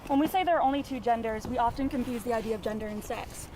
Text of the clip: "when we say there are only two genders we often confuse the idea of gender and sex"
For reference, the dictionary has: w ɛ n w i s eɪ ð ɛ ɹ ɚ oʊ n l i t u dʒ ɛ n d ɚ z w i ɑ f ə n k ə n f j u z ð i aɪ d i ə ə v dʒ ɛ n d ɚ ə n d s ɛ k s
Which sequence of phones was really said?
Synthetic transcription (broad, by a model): w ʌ n w i s eɪ ð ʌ ɹ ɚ oʊ n l i t u dʒ ɛ n d ɚ z w i ɑ f ə n k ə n f j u z ð i aɪ d i ə ə v dʒ ɛ n d ɚ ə n s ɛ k s